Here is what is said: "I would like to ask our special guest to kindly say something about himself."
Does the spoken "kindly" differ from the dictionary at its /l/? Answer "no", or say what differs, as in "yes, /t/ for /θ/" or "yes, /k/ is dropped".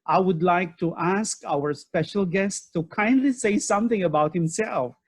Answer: no